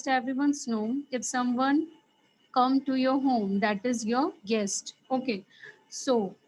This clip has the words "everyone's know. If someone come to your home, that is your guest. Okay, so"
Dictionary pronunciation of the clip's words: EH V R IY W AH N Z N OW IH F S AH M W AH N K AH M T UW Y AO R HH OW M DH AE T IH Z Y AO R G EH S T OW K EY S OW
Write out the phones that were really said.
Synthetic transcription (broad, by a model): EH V R IY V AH N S N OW IH F S AH M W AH N K AH M T UW Y AO R HH OW M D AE T IH Z Y AO R G EH S T OW K EY S OW